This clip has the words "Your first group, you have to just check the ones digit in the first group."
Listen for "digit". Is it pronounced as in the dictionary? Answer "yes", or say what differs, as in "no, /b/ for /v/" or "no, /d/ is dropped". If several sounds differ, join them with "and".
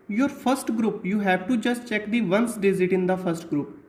no, /z/ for /dʒ/